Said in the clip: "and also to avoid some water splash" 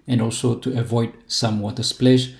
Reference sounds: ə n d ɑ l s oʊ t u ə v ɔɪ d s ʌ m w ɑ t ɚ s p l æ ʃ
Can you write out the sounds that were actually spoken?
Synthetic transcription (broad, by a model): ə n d ɑ l s oʊ t u ə v ɔɪ d s ʌ m w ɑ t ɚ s p l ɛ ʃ